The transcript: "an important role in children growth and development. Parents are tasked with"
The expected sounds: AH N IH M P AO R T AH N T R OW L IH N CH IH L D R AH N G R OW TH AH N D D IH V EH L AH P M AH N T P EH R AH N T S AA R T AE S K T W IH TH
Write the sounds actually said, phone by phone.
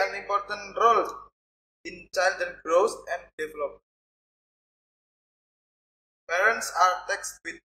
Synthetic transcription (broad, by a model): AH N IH M P AO R T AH N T R OW L IH N CH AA L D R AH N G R OW S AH N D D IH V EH L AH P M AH P EH R AH N T S AA R T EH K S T W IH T